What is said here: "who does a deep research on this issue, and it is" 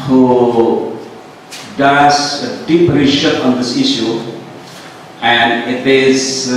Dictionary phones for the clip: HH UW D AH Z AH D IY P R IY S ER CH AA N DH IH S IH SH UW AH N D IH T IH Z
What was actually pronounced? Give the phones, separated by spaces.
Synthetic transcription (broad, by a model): HH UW D AH Z AH D IY P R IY SH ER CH AA N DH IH S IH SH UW AH N D IH T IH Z